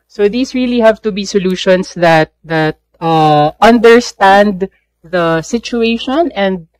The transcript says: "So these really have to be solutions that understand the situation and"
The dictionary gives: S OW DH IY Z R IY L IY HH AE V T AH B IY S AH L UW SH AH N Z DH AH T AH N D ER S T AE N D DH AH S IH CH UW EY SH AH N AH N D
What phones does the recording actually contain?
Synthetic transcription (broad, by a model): S OW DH IY S R IY L IY HH AE V T AH B IY S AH L UW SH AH N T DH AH T AH N D ER S T AE N D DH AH S IH CH UW EY SH AH N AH N D